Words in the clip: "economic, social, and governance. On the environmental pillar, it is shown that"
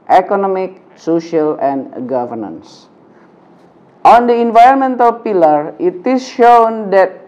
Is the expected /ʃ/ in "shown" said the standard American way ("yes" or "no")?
yes